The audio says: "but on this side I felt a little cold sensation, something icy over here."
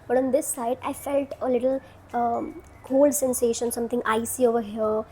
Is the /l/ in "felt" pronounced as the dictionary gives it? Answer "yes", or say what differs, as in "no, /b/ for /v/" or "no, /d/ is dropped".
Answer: yes